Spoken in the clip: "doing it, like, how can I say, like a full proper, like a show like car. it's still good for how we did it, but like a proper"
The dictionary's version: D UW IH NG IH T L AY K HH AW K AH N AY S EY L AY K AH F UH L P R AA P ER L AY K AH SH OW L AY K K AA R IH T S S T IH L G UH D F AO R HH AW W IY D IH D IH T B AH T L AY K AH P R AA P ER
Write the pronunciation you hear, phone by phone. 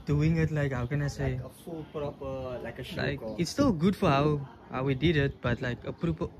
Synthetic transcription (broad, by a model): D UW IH NG IH T L AY K HH AW K AH N AY S EY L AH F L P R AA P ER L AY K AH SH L AY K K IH T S S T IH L G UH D F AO W HH AW W IY D IH D IH T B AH T L AY K AH P R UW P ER